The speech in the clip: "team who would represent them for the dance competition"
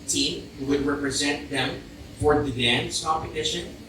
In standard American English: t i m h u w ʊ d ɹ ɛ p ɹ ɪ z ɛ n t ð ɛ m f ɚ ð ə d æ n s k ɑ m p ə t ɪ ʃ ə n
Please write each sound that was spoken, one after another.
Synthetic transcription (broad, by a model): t i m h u w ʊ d ɹ ɛ p ɹ ɪ z ɛ n t ð ɛ m f ɚ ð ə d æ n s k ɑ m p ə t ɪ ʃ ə n